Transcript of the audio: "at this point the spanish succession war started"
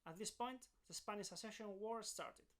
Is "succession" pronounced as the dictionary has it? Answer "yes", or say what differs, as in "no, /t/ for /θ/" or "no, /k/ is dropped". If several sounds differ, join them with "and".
no, /k/ is dropped